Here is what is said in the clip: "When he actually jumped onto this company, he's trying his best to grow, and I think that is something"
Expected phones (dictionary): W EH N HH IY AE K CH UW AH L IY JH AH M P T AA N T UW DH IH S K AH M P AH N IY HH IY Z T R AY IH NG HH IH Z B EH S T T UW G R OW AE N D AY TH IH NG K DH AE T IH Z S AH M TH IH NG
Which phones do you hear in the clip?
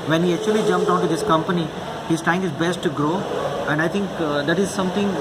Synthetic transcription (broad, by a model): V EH N HH IY AE K CH UW AH L IY JH AH M P T AA N T UW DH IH S K AH M P AH N IY HH IY Z T R AY IH NG HH IH Z B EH S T T UW G R OW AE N D AY T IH NG K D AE T IH Z S AH M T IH NG